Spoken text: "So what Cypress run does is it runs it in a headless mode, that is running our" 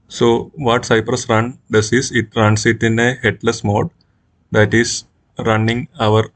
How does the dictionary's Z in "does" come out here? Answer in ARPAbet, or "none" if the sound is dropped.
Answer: S